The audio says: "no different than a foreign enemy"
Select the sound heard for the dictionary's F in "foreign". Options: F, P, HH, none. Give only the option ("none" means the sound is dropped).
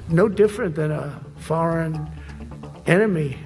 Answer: F